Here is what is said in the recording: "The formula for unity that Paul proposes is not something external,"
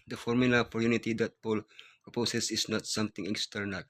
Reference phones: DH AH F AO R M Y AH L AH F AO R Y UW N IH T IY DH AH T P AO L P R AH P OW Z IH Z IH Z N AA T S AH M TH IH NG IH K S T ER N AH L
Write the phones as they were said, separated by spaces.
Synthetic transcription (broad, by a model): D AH F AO R M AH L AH P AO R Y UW N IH T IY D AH T P AO L P R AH P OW S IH S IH S N AA T S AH M T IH NG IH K S T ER N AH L